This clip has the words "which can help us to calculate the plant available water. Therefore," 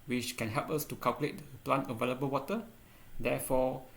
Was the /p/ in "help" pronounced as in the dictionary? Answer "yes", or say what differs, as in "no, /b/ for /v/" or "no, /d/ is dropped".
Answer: yes